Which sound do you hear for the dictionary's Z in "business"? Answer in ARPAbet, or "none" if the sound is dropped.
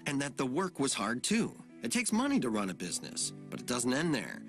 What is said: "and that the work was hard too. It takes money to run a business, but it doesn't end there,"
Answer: Z